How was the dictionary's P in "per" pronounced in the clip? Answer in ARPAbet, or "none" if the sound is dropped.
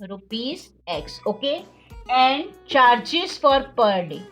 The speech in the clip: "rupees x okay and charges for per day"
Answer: P